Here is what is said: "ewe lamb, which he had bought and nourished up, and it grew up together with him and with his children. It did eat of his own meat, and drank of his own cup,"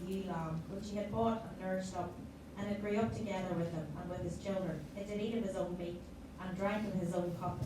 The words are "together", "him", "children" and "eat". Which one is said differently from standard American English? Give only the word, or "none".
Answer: none